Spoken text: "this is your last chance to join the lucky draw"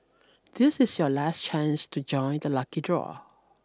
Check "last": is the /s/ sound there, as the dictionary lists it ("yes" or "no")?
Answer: yes